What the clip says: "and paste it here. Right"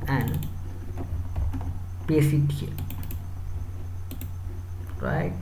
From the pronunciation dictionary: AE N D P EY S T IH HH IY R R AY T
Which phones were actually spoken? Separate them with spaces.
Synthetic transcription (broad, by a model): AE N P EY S IH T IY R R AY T